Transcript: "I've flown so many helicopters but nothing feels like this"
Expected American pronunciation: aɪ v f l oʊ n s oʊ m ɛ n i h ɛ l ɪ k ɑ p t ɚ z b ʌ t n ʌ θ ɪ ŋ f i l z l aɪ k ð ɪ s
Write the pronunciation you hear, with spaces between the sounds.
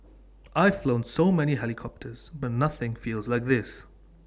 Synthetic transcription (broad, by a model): aɪ v f l oʊ n s oʊ m ɛ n i h ɛ l ɪ k ɑ p t ɚ z b ʌ t n ʌ θ ɪ ŋ f i l z l aɪ k ð ɪ s